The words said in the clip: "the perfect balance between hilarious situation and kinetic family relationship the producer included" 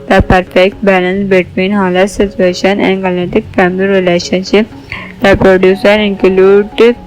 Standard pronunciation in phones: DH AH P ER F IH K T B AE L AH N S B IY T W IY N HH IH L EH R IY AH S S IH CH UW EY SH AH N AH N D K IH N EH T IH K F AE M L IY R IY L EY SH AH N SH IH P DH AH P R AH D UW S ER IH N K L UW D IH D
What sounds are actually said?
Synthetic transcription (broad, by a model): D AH P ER F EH K T B AE L AH N S B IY T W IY N HH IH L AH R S S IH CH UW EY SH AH N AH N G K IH L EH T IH K F AE M L IY R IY L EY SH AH N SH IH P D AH P R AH D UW S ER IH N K L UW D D